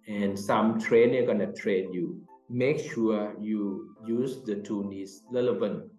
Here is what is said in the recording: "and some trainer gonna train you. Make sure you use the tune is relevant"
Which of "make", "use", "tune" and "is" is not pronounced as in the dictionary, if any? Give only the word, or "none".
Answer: is